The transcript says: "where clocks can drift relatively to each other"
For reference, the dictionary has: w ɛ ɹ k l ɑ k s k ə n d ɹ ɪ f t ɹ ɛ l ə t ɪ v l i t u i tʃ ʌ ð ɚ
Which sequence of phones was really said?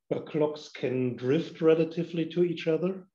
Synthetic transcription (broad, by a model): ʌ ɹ k l ɑ k s k ə n d ɹ ɪ f t ɹ ɛ l ə t ɪ v l i t u i tʃ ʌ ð ɚ